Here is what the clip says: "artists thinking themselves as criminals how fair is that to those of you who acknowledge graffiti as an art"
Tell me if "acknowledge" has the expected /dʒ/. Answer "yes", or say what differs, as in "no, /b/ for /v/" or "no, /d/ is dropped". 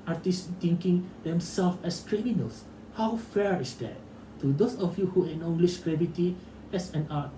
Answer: no, /ʃ/ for /dʒ/